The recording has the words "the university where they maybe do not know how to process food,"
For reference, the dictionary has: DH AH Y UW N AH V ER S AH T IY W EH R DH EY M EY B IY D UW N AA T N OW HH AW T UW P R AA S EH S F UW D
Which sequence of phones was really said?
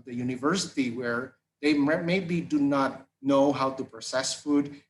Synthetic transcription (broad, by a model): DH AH Y UW N AH V ER S AH T IY W EH R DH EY M EY B IY D UW N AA T N OW HH AW T UW P R AA S EH S F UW D